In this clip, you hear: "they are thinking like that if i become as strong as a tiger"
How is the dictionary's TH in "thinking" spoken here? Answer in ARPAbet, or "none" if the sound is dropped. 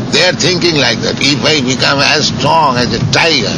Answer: T